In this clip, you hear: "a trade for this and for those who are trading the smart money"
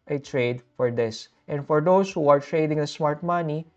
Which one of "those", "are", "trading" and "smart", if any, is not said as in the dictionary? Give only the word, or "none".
those